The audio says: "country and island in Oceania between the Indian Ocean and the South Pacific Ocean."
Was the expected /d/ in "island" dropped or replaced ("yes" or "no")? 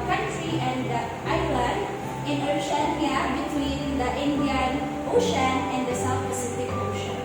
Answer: yes